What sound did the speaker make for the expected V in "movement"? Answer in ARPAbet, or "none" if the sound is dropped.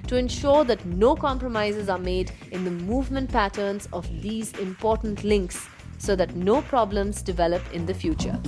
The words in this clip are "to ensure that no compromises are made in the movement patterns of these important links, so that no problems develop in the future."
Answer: V